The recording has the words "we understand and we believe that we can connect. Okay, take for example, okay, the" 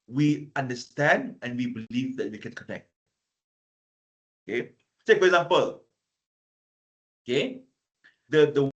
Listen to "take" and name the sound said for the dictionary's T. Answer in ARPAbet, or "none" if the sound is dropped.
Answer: S